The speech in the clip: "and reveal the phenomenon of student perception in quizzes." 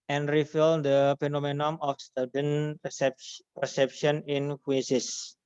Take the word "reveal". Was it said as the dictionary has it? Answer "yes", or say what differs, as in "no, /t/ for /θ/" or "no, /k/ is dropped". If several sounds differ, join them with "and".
no, /f/ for /v/